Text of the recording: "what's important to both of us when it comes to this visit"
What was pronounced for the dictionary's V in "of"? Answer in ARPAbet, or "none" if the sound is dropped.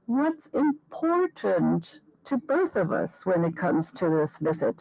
V